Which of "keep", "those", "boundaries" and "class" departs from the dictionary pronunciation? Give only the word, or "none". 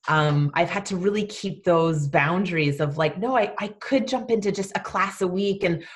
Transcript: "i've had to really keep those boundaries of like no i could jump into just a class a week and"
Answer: none